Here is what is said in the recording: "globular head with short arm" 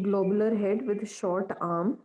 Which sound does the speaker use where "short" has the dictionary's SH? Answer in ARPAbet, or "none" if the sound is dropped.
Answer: SH